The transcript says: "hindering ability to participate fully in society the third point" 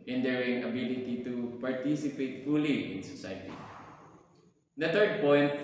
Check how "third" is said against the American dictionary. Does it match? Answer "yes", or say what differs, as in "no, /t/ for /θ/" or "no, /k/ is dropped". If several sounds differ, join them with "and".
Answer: no, /t/ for /θ/